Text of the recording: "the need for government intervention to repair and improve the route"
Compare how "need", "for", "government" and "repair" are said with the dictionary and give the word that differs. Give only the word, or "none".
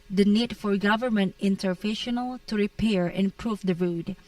none